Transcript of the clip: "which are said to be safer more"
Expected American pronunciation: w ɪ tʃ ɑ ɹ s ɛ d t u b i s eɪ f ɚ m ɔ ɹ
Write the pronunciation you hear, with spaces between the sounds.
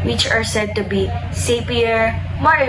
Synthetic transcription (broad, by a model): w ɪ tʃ ɑ ɹ s ɛ d t u b i s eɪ p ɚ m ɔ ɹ